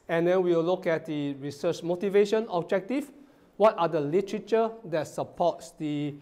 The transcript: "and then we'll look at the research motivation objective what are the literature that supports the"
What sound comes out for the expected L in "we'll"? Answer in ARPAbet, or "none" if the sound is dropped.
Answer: W